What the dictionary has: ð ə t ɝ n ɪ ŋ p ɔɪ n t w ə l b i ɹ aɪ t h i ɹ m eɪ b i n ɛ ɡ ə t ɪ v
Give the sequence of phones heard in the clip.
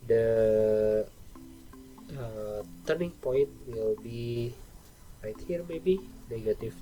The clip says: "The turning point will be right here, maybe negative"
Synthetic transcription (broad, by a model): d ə t ɝ n ɪ ŋ p ɔɪ n t w ə l b i ɹ aɪ t h i ɹ m eɪ b i n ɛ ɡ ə t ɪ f